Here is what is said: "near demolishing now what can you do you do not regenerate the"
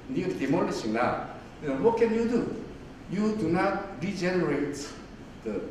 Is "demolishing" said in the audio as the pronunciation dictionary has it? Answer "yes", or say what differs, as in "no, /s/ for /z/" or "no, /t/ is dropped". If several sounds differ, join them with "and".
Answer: no, /n/ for /l/ and /s/ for /ʃ/